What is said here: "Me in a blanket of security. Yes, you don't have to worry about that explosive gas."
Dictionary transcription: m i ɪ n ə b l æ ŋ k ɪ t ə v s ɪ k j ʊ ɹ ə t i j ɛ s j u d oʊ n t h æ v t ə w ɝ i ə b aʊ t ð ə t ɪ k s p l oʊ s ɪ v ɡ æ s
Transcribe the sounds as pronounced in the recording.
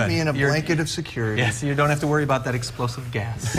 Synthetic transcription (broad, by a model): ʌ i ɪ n ə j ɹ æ ŋ k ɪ t ə v s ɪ k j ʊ ɹ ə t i j ɛ s j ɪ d oʊ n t h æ f t ə w ɝ i ə b aʊ t ð ə t ɪ k s p l oʊ s ɪ v ɡ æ s